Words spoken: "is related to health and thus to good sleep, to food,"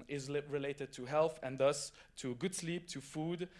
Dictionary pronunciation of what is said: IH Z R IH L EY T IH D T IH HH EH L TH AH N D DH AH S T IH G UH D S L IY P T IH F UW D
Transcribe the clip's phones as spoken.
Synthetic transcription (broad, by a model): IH Z R IH L EY T IH D T IH HH EH L TH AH N DH AH S T IH G UH D S L IY P T IH F UW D